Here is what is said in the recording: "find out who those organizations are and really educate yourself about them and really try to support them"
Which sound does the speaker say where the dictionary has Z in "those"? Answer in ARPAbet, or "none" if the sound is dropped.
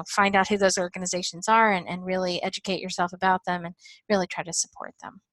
Z